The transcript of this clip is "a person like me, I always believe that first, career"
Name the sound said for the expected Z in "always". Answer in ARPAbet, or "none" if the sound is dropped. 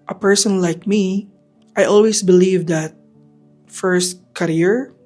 S